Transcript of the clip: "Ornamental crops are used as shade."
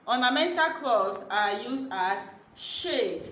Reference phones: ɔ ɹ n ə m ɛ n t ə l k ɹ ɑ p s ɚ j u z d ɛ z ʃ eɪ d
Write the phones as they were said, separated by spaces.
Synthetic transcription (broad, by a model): ɔ n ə m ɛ n t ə l k l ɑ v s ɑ j u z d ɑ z ʃ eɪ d